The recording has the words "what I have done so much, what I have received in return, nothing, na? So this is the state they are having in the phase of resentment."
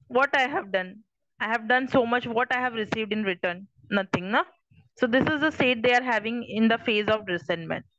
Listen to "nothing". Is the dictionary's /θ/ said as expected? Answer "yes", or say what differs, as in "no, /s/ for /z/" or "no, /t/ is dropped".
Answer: no, /t/ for /θ/